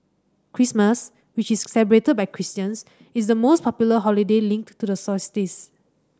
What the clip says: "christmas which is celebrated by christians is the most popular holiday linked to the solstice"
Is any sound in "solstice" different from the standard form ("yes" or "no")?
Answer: yes